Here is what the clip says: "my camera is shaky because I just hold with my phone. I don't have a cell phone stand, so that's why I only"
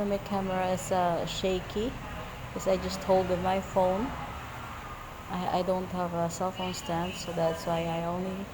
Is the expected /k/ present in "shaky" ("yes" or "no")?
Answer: no